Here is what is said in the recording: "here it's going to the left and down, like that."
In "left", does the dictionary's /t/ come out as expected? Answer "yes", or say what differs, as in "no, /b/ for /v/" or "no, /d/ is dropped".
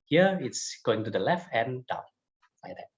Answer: yes